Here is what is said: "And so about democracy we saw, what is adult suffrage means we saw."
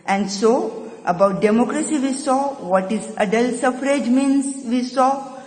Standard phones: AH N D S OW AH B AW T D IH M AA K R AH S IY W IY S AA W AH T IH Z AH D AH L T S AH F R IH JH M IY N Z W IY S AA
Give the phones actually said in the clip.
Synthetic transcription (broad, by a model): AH N D S OW AH B AW T D IH M AA K R AH S IY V IY S AA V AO T IH Z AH D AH L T S AH F R IH JH M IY N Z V IY S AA